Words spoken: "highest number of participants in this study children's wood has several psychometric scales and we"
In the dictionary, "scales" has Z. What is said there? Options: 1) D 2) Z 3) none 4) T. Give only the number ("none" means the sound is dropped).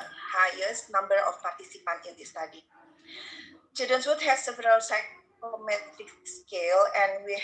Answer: 3